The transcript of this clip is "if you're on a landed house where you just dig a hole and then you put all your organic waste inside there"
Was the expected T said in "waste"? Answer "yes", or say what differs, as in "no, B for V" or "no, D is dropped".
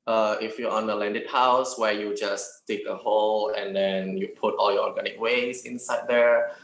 no, T is dropped